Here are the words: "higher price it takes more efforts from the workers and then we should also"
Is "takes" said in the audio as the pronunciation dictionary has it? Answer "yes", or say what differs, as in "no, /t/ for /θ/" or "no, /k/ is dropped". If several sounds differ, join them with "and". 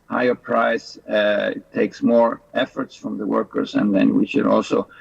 yes